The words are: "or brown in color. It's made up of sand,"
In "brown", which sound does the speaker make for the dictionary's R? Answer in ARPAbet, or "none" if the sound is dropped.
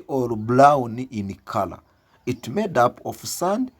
L